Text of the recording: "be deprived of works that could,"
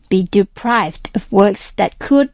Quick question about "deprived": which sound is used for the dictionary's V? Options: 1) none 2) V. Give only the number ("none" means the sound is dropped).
2